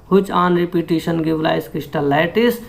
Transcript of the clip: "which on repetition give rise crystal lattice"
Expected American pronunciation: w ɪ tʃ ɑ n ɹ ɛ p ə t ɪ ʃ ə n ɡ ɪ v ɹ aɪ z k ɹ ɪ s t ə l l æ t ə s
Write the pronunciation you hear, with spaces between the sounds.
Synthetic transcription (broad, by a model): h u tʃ ɑ n ɹ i p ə t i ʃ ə n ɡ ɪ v l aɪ s k ɹ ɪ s t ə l l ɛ t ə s